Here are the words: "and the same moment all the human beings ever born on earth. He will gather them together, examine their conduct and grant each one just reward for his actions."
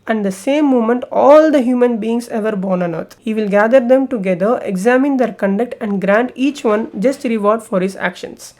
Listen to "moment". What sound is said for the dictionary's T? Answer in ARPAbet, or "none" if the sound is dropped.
T